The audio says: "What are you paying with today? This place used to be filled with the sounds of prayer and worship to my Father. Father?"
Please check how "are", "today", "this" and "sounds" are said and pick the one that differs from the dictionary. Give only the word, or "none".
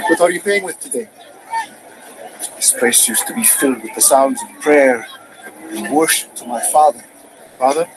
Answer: none